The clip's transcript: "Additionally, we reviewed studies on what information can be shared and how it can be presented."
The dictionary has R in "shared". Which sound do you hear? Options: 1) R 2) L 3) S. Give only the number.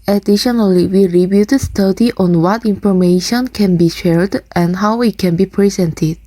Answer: 1